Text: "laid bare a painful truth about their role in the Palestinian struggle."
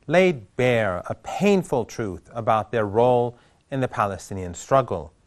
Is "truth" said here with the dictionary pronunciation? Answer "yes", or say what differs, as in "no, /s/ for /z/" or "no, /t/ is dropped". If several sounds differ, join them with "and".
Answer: yes